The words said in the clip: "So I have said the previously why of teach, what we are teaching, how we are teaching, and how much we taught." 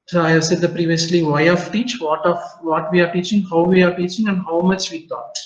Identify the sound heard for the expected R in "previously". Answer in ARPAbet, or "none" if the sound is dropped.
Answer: R